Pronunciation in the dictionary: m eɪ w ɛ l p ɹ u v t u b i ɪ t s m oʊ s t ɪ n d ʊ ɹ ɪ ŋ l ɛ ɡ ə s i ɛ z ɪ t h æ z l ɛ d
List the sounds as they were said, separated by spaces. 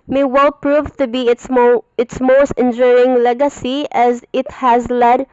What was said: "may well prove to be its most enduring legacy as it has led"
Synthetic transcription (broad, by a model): m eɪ w ɛ l p ɹ u v t u b i ɪ t s m oʊ s t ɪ n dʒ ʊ ɹ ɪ ŋ l ɛ ɡ ə s i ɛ z ɪ t h æ z l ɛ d